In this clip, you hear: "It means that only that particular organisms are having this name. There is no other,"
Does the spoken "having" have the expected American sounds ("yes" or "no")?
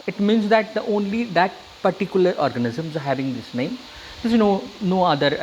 yes